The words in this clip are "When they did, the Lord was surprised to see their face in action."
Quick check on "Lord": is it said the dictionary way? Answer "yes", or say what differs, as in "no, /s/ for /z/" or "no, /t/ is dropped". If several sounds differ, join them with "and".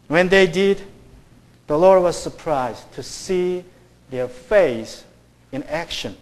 yes